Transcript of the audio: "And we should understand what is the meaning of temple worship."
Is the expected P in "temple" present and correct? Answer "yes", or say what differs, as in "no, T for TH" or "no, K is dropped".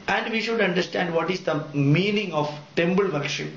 no, B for P